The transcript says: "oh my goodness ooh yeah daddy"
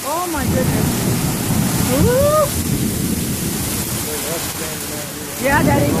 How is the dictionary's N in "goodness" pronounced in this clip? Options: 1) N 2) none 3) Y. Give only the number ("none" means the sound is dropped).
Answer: 2